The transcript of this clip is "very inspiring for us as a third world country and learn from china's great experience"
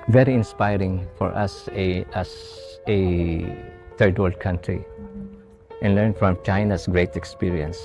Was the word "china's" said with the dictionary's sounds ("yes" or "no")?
no